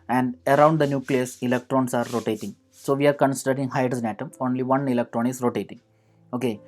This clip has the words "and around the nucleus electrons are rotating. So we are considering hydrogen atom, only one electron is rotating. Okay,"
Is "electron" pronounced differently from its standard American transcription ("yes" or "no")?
no